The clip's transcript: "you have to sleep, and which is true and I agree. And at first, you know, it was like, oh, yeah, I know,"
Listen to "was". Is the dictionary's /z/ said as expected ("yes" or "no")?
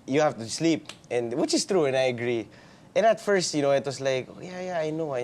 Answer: no